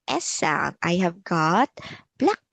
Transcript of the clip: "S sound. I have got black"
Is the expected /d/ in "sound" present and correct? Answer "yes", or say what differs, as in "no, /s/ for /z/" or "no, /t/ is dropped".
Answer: no, /d/ is dropped